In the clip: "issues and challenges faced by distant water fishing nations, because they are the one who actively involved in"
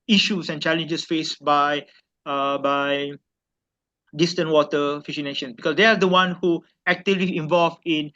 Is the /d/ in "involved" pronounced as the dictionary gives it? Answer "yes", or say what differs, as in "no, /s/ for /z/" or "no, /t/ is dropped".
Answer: no, /d/ is dropped